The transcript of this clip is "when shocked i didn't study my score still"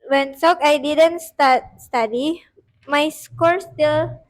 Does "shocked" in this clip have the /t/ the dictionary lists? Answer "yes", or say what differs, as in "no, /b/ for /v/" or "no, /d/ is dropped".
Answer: no, /t/ is dropped